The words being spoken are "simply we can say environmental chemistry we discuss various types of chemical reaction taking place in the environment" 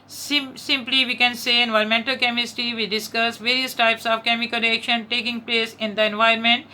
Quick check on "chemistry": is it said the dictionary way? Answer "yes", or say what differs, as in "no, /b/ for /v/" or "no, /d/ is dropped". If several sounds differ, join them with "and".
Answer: no, /ɹ/ is dropped